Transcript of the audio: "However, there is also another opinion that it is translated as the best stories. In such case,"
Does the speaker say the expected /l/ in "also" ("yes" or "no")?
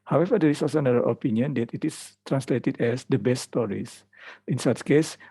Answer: no